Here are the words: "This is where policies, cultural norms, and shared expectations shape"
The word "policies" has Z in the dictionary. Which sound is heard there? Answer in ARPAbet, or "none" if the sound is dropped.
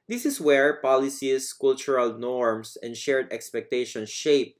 S